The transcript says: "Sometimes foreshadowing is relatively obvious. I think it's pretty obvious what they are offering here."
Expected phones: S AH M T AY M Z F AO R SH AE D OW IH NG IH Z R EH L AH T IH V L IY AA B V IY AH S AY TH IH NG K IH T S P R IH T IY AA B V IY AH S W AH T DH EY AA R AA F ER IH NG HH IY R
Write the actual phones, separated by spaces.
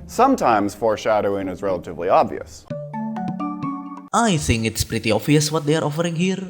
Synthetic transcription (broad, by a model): S AH M T AY M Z F AO R SH AE D OW IH NG IH Z R EH L AH T IH V L IY AA B V IY AH S AY TH IH NG K IH T S P R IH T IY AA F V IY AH S W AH T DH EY AA R AA F ER IH NG HH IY R